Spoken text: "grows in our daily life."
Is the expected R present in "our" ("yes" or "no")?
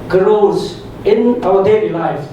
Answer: no